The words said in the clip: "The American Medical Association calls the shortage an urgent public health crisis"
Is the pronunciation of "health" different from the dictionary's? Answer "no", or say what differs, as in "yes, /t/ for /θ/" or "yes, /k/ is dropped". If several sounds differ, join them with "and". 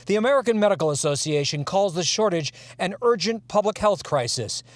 no